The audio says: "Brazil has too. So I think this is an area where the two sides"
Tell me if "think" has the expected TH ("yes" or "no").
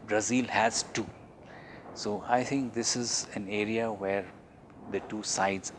no